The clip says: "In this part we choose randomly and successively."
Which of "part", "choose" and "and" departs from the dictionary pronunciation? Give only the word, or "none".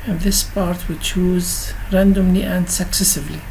none